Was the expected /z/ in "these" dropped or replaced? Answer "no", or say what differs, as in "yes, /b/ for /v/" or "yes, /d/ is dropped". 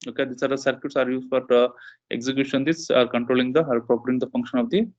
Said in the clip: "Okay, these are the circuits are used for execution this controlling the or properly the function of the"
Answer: yes, /s/ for /z/